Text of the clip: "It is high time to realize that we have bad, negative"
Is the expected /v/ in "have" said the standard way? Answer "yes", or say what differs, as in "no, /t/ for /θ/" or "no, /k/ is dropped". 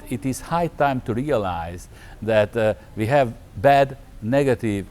yes